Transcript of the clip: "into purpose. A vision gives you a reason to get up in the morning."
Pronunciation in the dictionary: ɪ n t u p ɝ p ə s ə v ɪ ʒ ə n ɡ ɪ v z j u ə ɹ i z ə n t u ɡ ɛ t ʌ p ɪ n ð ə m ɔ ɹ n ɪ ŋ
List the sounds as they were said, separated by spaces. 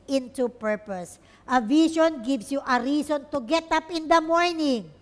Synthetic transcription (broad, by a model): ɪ n t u p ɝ p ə s ə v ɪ ʃ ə n ɡ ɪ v s j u ə ɹ i s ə n t u ɡ ɛ t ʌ p ɪ n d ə m ɔ ɹ n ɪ ŋ